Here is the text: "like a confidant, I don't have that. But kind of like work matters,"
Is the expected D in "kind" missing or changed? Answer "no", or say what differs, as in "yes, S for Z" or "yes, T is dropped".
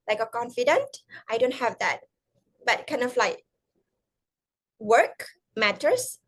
no